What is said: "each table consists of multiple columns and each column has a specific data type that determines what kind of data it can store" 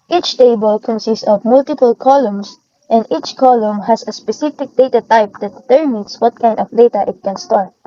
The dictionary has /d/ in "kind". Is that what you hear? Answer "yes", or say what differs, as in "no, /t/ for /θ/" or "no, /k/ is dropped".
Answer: yes